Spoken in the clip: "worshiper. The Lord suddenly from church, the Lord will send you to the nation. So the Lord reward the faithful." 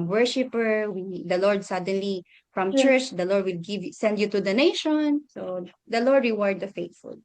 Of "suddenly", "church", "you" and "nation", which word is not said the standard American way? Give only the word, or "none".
none